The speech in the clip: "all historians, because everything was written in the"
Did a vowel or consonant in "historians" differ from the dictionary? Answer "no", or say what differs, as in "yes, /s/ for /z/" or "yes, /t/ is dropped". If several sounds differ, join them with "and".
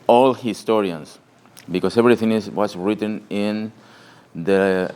yes, /s/ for /z/